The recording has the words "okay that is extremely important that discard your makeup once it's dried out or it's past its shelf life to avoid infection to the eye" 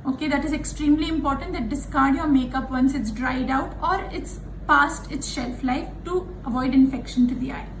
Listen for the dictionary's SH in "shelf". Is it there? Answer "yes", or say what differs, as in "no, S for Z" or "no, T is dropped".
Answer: yes